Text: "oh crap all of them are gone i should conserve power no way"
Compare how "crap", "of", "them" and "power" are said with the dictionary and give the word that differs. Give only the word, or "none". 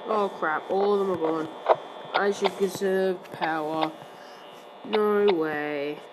none